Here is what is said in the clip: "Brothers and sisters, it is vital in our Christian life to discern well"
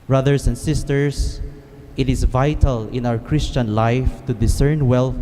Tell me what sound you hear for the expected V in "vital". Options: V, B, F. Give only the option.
V